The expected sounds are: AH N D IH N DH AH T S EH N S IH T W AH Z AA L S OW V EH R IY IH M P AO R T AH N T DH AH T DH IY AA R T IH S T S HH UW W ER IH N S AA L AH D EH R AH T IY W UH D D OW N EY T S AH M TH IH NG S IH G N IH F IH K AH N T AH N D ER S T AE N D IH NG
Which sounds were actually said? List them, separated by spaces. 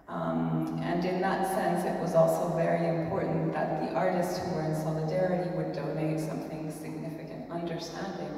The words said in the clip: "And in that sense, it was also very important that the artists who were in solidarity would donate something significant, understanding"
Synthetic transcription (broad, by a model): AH N IH N DH AH T S EH N S IH T W AH Z AA L S OW V EH R IY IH M P AO R T N DH AH T DH IY AA R T IH S T S HH UW W ER IH N S AA L AH D EH R AH T IY W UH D D OW N EY T S AH M TH IH NG S IH G N IH F IH K AH N T AH N D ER S T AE N D IH NG